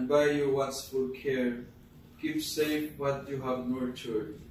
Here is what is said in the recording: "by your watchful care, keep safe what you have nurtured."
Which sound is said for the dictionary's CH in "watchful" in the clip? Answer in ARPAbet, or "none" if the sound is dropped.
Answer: S